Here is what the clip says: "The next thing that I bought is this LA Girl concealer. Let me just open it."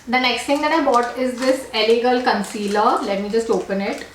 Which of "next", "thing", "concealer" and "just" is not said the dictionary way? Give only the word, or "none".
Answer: thing